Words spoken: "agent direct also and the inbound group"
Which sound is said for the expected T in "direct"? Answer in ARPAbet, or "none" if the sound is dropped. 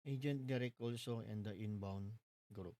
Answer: none